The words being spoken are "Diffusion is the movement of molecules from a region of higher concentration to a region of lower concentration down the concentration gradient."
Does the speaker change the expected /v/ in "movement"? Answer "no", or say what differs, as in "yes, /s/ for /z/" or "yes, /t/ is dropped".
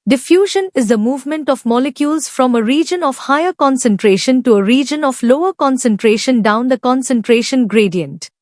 no